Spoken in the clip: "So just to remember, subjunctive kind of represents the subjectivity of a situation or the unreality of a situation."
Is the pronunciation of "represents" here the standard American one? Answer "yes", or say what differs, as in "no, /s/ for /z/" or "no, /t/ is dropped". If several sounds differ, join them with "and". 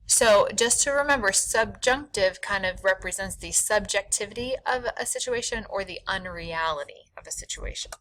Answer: yes